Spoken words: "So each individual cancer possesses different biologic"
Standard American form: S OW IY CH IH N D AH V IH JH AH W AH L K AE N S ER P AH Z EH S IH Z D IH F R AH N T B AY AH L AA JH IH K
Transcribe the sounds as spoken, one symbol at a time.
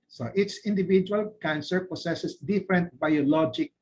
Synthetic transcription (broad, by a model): S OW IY S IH N D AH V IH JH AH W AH L K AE N S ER P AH S EH S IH S D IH F R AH N T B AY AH L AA JH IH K